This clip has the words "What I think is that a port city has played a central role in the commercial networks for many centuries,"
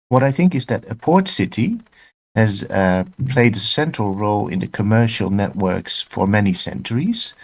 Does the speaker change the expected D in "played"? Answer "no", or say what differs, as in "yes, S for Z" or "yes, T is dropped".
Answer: no